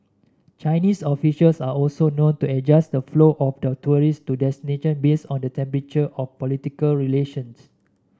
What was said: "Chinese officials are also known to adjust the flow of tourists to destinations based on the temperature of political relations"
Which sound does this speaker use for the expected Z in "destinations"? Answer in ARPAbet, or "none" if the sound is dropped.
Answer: none